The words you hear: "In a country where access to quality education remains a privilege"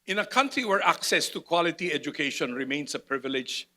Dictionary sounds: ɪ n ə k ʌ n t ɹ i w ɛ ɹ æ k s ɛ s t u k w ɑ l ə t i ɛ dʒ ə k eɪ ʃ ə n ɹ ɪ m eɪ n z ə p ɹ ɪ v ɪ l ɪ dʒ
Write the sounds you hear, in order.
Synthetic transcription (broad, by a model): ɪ n ə k ʌ n t ɹ i w ɛ ɹ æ k s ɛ s t u k w ɑ l ə t i ɛ dʒ ə k eɪ ʃ ə n ɹ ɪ m eɪ n s ə p ɹ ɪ v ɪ l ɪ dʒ